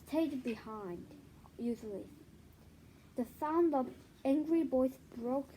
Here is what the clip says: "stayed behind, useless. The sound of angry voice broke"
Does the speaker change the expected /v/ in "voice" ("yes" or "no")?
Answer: yes